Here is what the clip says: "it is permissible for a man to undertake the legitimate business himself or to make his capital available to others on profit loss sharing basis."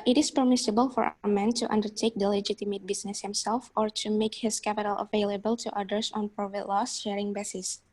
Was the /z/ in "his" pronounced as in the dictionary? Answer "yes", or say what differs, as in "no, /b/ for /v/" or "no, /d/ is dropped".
no, /s/ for /z/